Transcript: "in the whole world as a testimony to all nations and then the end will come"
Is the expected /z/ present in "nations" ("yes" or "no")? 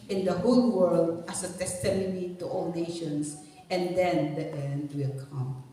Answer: no